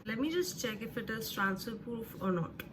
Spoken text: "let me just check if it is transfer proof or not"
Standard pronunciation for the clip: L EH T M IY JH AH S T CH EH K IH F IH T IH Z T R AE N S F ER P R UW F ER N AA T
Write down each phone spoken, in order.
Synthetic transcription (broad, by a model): L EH M IY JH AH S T CH EH K IH F IH T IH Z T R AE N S ER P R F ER N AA T